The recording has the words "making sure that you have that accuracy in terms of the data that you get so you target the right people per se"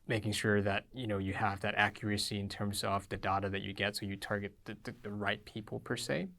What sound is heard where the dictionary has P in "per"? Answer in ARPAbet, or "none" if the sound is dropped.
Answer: P